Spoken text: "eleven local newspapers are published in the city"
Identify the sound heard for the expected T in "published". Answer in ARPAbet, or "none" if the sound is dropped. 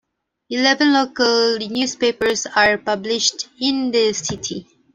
T